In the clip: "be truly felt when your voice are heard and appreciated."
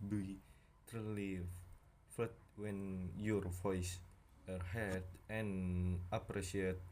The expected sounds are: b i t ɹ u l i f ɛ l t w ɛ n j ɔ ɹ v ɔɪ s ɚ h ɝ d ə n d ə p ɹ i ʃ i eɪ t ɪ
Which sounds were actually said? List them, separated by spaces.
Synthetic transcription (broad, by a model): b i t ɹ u l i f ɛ t w ɛ n j ɔ ɹ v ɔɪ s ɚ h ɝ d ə n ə p ɹ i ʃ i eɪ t